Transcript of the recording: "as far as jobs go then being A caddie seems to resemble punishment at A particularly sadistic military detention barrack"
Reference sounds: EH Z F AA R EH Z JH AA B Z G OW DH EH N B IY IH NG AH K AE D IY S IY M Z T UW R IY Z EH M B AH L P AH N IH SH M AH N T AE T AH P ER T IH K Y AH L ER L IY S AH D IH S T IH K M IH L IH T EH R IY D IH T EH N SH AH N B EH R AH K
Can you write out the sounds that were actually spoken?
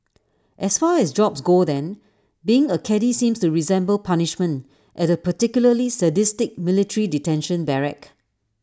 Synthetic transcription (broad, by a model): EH S F AA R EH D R AA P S G OW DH EH N B IY IH NG AH K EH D IY S IY M S T UW R IY Z EH M B AH L P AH N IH SH M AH N T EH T AH P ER T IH K Y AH L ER L IY S AH D IH S T IH K M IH L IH T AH R IY D IH T EH N SH AH N B EH R AH K